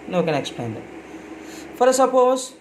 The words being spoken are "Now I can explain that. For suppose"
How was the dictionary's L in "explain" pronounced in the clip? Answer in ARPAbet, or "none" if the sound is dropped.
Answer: none